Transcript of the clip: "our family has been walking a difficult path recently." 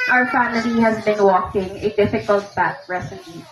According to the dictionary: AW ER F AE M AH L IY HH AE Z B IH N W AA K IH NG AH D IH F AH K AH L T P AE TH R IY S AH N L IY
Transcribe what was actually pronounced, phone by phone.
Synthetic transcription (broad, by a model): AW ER F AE M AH L IY HH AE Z B IH N W AA K IH NG AH D IH F AH K AH L T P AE T R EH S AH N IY